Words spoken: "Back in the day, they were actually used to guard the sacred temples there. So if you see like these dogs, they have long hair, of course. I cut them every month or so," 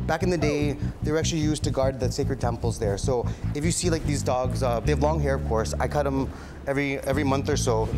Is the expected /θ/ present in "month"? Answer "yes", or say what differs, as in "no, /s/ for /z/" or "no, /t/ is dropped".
yes